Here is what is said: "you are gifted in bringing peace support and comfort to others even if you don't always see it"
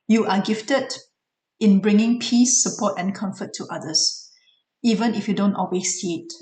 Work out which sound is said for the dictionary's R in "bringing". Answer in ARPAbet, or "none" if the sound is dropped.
R